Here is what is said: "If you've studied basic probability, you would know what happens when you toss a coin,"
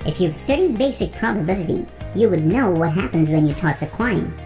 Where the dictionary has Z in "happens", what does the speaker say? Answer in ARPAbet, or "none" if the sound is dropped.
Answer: Z